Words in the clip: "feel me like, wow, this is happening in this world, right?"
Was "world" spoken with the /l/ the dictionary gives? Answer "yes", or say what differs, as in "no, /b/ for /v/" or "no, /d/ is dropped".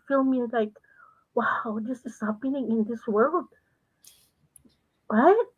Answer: yes